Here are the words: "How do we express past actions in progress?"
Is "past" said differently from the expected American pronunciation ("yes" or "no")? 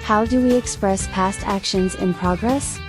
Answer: no